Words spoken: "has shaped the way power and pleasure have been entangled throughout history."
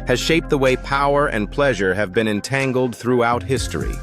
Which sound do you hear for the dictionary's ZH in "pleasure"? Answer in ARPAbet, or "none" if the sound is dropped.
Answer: ZH